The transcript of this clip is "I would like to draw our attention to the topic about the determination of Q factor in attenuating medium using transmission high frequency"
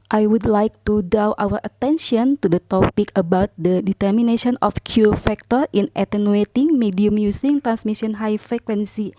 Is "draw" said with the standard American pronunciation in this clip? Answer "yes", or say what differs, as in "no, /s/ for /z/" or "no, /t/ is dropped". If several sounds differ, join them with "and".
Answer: no, /ɹ/ is dropped